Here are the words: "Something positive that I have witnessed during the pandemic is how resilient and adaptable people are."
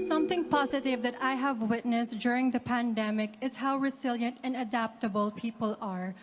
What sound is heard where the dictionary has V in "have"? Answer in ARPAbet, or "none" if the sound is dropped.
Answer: V